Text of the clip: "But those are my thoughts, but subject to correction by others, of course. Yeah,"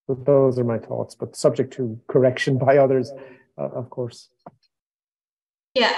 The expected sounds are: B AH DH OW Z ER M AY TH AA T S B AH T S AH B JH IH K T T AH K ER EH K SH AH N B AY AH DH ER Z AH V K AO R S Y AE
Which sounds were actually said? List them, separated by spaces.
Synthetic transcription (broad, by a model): DH OW Z ER M AY TH AA T S B AH T S AH B JH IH K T T AH K ER EH K SH AH N B AY AH DH ER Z AH V K AO R S Y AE